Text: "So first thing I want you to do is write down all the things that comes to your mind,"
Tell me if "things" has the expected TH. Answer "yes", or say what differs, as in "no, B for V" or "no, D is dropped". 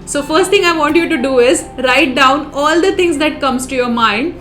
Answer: no, T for TH